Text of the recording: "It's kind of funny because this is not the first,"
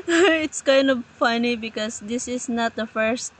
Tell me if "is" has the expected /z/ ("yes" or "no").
no